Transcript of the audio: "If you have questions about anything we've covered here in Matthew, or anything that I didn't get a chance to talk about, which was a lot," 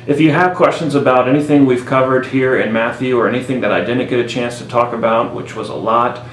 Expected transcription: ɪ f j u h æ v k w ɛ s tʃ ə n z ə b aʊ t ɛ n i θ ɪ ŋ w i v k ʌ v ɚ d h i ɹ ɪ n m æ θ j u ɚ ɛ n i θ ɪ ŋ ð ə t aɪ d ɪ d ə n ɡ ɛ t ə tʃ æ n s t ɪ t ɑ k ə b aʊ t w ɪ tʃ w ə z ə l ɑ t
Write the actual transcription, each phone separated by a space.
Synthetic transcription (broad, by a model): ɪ f j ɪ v k w ɛ s tʃ ə n z ə b aʊ t ɛ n i θ ɪ ŋ w i v k ʌ v ɚ d h i ɹ ɪ n m æ θ j u ɚ ɛ n i θ ɪ ŋ ð ə t aɪ d ɪ d n ɡ ɛ t ə tʃ æ n s t ɪ t ɑ k ə b aʊ t w ɪ tʃ w ə z ə l ɑ t